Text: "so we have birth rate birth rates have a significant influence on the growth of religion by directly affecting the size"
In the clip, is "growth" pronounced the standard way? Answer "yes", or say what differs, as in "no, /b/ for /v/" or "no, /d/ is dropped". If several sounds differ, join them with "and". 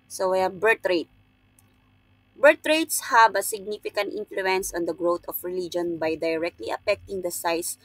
no, /t/ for /θ/